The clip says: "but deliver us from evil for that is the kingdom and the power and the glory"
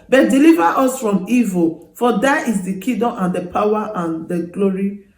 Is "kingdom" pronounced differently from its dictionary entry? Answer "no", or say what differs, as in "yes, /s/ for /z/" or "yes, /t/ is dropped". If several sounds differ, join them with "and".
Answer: yes, /ŋ/ is dropped